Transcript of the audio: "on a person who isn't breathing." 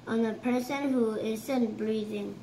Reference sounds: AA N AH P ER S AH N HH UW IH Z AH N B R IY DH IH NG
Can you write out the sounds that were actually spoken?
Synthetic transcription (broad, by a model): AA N AH P ER S AH N HH UW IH S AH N B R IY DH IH NG